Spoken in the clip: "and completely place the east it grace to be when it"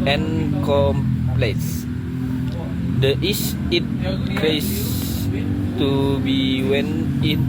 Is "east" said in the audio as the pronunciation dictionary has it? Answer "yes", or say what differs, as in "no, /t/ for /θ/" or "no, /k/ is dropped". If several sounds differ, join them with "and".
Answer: no, /t/ is dropped